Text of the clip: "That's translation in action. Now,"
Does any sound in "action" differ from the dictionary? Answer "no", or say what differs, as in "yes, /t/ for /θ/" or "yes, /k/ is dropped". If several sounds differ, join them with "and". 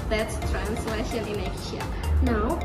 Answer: yes, /k/ is dropped